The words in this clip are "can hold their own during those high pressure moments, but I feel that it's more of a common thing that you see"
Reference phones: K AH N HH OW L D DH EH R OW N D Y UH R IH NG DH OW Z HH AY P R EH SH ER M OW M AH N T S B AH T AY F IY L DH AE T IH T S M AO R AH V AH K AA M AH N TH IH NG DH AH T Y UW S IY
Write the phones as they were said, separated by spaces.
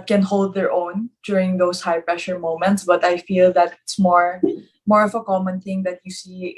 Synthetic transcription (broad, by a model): K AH N HH OW L D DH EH R OW N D Y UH R IH NG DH OW S HH AY P R EH SH ER M OW M AH N T S B AH T AY F IY L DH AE T IH T S M AO R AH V AH K AA M AH N TH IH NG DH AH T Y UW S IY